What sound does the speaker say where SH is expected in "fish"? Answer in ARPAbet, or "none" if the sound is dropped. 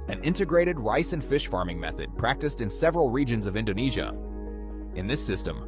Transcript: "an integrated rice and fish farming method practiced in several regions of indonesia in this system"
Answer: SH